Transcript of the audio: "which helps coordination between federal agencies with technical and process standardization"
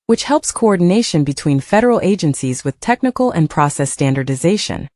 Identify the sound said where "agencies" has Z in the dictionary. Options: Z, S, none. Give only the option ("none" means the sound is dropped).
Z